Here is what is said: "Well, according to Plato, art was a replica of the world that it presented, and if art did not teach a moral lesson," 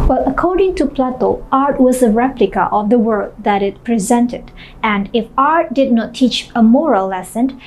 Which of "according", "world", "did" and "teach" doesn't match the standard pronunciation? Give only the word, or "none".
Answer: world